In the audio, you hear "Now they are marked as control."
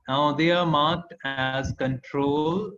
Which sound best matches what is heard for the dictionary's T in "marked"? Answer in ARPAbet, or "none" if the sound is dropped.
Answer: T